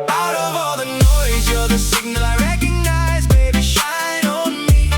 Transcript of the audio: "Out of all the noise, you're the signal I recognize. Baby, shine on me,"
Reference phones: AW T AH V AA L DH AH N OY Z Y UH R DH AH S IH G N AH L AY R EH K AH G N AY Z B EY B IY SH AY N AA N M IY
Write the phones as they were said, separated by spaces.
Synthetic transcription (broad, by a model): AW T AH V AA L DH AH N OY Z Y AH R DH AH S IH G N AH L AY R EH K AH G N AY Z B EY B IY SH AY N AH N M IY